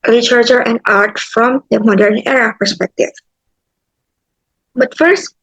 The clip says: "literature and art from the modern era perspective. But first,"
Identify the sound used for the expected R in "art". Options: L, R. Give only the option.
R